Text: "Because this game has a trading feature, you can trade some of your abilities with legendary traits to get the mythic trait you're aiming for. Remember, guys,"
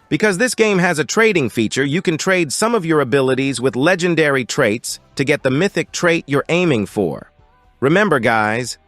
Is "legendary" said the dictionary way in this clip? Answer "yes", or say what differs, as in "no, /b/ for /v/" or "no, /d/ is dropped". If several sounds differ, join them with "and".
yes